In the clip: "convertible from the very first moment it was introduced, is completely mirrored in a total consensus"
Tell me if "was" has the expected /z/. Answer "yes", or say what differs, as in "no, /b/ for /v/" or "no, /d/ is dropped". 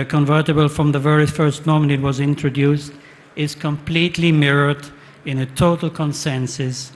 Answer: yes